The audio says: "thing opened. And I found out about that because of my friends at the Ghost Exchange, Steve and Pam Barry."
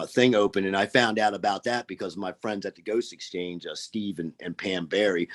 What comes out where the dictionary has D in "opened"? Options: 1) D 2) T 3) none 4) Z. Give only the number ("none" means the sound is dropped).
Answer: 3